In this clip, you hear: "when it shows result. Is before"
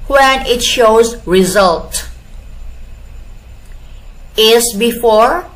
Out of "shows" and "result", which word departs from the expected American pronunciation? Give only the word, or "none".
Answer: none